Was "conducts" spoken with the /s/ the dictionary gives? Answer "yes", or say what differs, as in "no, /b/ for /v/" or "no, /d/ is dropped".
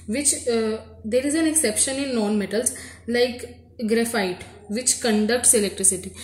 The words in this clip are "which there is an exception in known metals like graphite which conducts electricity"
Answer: yes